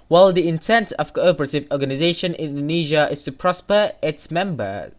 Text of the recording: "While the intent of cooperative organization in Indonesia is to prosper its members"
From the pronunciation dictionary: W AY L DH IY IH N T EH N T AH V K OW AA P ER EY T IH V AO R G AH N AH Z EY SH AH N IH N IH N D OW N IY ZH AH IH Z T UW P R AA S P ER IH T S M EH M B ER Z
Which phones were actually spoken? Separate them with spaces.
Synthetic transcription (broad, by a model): W AY L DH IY IH N T EH N T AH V K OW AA P ER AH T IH V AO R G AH N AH Z EY AH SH IH N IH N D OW N IY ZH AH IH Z T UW P R AA S P ER IH T S M EH M B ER